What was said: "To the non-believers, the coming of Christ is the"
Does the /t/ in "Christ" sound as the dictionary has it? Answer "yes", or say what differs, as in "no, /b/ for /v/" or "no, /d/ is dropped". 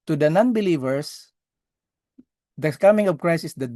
no, /t/ is dropped